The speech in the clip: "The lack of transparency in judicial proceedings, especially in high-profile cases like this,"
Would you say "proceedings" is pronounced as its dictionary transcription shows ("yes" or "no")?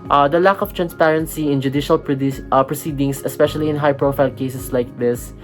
no